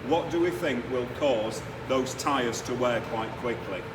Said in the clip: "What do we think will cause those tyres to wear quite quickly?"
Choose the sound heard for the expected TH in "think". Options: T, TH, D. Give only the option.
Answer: TH